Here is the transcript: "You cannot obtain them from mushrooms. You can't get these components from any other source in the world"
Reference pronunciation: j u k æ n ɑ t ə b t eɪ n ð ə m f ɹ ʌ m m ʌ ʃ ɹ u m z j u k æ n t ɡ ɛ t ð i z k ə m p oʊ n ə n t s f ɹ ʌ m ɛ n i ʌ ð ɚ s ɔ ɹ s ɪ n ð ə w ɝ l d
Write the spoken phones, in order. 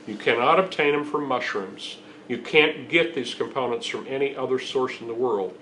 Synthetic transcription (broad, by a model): j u k æ n ɑ t ə b t eɪ n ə m f ɹ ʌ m m ʌ ʃ ɹ u m z j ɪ k æ n ɡ ɛ t ð i z k ə m p oʊ n ə n t s f ɹ ʌ m ɛ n i ʌ ð ɚ s ɔ ɹ s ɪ n ð ə w ɝ l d